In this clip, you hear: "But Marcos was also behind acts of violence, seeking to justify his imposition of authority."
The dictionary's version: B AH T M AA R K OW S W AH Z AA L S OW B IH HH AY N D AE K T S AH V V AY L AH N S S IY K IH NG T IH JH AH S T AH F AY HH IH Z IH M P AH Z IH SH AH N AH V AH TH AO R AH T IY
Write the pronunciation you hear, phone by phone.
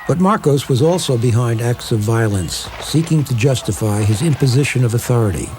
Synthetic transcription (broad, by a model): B AH T M AA R K OW S W AH Z AA L S OW B IH HH AY N D AE K T S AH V V AY L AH N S S IY K IH NG T IH JH AH S T AH F AY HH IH Z IH M P AH Z IH SH AH N AH V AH TH AO R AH T IY